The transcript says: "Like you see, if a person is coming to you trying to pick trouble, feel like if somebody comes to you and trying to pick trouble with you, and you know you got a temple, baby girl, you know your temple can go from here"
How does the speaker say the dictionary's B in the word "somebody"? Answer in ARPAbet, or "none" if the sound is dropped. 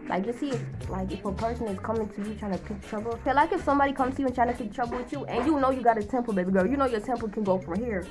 B